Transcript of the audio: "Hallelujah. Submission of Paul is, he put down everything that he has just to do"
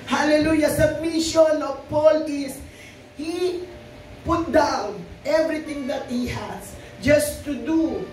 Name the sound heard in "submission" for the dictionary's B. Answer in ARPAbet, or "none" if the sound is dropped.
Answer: none